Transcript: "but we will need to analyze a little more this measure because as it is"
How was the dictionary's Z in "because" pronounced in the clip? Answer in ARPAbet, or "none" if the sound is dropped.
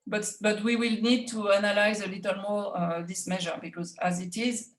Z